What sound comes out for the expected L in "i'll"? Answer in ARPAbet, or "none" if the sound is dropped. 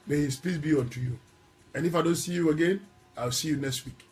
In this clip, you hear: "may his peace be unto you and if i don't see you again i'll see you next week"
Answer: W